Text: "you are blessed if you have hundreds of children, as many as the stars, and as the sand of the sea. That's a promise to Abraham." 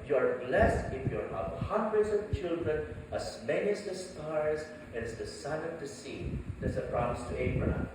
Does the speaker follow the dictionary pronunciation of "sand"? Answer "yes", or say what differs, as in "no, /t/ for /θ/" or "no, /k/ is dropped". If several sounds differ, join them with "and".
no, /d/ is dropped